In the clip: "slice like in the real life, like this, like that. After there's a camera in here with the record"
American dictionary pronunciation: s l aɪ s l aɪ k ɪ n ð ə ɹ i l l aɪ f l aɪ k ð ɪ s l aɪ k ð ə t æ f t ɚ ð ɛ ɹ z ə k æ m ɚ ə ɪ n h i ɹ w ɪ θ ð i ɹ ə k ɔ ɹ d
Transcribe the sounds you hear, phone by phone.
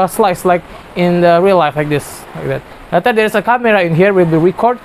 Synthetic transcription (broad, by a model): s l aɪ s l aɪ k ɪ n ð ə ɹ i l l aɪ f l aɪ k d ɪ s l aɪ k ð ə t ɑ t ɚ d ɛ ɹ s ə k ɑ m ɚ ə ɪ n h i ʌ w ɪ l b i ɹ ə k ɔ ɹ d